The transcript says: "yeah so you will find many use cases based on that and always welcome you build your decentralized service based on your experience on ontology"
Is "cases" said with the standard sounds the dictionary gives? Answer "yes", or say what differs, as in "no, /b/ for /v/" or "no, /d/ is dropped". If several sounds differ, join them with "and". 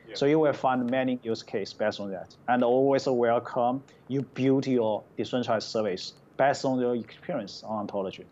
no, /s/ is dropped and /s/ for /z/